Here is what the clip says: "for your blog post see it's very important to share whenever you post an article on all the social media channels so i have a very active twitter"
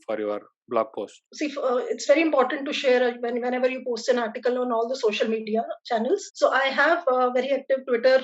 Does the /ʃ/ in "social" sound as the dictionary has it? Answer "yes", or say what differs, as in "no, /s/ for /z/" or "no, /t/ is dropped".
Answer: yes